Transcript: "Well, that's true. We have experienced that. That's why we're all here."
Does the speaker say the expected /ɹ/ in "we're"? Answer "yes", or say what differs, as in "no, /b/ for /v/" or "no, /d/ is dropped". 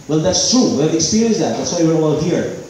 no, /w/ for /ɹ/